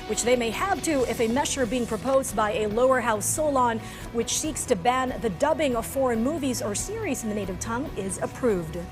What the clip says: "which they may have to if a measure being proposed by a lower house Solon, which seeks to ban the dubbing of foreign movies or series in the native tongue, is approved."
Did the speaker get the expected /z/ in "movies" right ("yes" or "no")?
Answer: yes